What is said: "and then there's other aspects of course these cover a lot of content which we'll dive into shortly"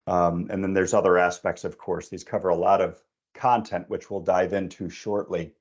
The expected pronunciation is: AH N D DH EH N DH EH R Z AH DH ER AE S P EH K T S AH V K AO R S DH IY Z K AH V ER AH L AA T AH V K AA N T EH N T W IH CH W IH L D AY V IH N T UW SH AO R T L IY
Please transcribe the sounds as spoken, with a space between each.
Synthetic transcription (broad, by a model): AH N DH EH N DH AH R Z AH DH ER AE S P EH K T S AH V K AO R S DH IY Z K AH V ER AH L AA T AH V K AA N T EH N T W IH CH W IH L D AY V IH N T UW SH AO R T L IY